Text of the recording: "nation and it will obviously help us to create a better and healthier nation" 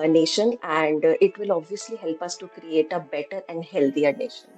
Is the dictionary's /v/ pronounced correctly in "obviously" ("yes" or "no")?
yes